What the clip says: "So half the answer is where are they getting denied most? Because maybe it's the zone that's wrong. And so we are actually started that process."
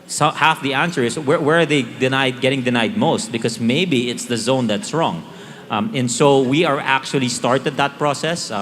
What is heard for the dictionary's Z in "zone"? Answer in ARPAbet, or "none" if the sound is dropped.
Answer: Z